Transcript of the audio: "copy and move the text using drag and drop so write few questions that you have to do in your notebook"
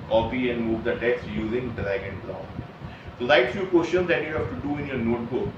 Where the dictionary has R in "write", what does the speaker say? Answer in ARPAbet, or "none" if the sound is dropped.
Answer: L